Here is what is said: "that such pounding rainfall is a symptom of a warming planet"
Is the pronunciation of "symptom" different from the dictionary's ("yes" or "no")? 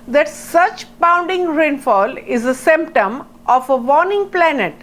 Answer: no